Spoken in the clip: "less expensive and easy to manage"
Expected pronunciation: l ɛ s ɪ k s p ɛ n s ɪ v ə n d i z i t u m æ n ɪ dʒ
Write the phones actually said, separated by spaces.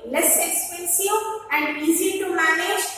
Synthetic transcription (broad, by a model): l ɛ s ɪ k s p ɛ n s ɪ w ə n i z i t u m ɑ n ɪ